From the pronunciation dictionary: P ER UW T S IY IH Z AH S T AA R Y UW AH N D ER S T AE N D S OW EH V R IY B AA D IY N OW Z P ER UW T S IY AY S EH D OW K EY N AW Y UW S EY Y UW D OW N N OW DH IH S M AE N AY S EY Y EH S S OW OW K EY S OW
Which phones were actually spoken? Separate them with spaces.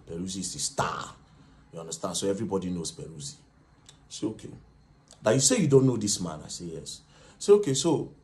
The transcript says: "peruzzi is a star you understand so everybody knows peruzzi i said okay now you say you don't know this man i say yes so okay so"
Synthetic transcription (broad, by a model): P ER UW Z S IY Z AH S T AA Y UW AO N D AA S T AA N S OW EH V R IY B AA D IY N OW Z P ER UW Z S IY S EH OW K EY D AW Y UW S EY Y UW D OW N N OW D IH S M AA N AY S EY Y EH S S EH OW K EY S OW